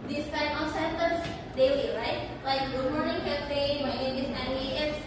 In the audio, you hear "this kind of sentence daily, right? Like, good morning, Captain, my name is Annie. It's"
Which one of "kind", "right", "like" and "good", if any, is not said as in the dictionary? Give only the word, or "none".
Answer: kind